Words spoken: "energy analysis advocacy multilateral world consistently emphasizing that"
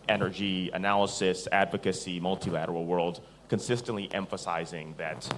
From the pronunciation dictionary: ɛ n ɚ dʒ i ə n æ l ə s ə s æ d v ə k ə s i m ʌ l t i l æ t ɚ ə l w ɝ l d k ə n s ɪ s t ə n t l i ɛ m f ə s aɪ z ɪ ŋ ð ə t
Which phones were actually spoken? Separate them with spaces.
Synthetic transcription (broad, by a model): ɛ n ɚ dʒ i ə n æ l ə s ə s æ d v ə k ə s i m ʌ l t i l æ t ɚ l w ɝ l d k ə n s ɪ s t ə n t l i ɛ m f ə s aɪ z ɪ ŋ ð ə t